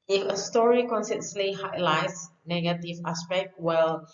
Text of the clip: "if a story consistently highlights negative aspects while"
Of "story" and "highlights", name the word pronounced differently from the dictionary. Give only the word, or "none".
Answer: none